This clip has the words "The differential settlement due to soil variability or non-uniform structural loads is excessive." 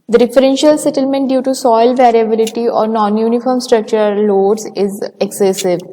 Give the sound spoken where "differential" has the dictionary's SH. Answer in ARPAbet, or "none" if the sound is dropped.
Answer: SH